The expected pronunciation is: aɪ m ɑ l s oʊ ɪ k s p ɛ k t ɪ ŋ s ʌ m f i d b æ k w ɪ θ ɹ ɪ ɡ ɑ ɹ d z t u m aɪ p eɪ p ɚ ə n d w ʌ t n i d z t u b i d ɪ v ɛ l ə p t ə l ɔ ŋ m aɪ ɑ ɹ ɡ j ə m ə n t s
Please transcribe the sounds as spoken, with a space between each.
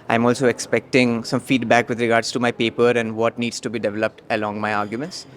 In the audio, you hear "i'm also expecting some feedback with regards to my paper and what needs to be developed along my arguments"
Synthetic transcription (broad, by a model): aɪ m ɑ l s oʊ ɪ k s p ɛ k t ɪ ŋ s ʌ m f i d b æ k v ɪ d ɹ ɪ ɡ ɑ ɹ d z t u m aɪ p eɪ p ɚ ə n d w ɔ t n i d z t u b i d ɪ v ɛ l ə p t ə l ɔ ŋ m aɪ ɑ ɹ ɡ j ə m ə n t s